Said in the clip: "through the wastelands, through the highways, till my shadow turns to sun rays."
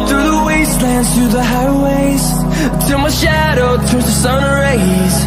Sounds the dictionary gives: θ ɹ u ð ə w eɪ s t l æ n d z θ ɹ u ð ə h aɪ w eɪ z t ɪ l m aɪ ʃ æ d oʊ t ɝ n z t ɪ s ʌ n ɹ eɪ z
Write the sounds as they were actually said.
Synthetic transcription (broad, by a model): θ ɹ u ð ə w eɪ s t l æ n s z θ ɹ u ð ə h aɪ w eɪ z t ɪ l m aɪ ʃ æ d oʊ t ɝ z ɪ s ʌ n ɹ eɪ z